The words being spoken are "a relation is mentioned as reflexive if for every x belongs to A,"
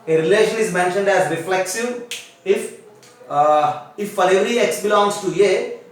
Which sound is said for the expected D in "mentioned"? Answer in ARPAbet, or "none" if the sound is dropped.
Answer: D